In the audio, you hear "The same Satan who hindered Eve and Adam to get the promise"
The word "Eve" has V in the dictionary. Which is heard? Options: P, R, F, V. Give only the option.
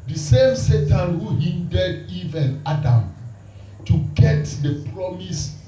V